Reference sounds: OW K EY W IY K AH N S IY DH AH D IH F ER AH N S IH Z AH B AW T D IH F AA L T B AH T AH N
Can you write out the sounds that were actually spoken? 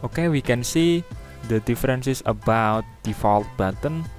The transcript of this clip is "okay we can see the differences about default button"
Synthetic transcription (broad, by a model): OW K EY W IY K AH N S IY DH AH D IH F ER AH N S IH S AH B AW T D IH F AA L T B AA T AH N